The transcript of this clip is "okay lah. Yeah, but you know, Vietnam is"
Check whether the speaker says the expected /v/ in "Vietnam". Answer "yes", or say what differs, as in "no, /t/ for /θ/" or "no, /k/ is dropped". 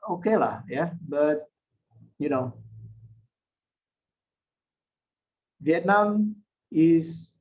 yes